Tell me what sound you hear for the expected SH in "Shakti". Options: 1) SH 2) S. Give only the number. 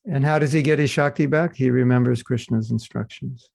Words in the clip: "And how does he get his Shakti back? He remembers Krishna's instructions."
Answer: 1